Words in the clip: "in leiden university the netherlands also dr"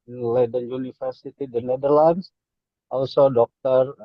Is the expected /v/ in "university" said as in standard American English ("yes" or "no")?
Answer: no